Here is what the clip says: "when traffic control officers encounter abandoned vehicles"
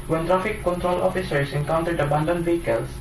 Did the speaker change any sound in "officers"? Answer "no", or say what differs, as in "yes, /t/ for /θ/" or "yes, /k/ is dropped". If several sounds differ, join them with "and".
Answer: yes, /s/ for /z/